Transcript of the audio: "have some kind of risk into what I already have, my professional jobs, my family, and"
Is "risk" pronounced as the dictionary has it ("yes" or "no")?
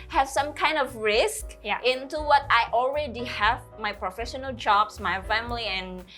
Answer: yes